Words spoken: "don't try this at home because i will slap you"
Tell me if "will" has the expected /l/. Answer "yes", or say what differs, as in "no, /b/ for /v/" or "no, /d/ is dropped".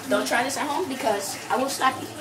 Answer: no, /n/ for /l/